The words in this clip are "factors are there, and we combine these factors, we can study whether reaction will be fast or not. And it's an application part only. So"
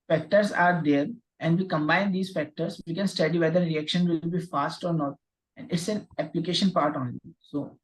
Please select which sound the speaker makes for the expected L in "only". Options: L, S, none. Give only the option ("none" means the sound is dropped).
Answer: none